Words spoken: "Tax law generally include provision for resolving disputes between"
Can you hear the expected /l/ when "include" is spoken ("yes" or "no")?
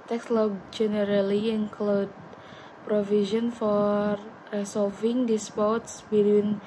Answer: yes